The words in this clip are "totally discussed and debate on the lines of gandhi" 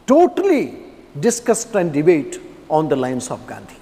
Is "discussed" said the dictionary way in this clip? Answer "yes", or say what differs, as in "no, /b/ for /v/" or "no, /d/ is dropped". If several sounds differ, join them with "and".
yes